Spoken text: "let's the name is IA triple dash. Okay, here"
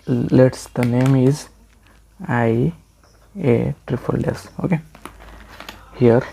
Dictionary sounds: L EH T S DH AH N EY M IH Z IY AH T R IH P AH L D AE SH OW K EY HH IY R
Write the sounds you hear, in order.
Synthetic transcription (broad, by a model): L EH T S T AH N EY M IH Z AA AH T R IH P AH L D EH S OW K EY HH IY R